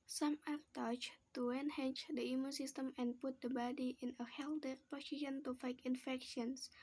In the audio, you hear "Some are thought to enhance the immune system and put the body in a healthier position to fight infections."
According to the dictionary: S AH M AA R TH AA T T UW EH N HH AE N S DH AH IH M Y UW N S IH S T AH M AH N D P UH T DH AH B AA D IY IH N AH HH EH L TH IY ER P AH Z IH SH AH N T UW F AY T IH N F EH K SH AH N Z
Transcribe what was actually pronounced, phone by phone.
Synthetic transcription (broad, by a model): S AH M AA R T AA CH T UW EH N HH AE N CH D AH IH M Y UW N S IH S T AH M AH N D P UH T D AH B AA D IY IH N AH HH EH L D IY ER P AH S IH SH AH N T UW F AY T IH N F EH K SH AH N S